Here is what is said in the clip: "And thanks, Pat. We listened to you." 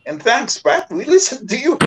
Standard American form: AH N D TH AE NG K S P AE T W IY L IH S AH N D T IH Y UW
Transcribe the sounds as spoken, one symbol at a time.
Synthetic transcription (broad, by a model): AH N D TH AE NG K S B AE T W IY L IH S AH N T IH Y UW